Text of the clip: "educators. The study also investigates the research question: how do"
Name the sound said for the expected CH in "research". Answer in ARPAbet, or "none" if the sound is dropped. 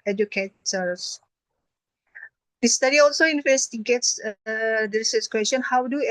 S